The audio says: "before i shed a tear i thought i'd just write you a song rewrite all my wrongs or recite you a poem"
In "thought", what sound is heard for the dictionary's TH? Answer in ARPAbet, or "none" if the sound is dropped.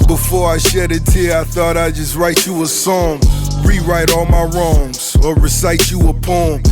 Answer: TH